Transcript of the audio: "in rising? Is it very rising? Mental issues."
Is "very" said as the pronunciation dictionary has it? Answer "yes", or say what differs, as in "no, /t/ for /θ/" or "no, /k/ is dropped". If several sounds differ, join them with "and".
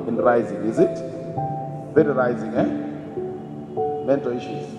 no, /f/ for /v/